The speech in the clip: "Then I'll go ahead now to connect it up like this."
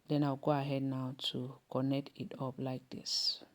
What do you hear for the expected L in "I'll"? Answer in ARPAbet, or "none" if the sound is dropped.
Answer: W